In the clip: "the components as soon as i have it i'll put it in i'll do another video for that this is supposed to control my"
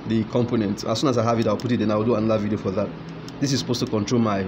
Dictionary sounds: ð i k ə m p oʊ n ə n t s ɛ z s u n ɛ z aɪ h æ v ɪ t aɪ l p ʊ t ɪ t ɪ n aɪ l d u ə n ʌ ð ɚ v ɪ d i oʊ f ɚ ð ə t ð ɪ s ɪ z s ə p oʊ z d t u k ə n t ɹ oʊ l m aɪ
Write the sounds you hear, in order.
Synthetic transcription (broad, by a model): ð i k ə m p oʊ n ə n t ɑ s u n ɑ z aɪ h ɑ v ɪ t aɪ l p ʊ t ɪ t ɪ n aɪ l d u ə n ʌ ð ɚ v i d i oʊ f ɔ ð ə t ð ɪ s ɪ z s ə p oʊ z t u k ə n t ɹ oʊ l m aɪ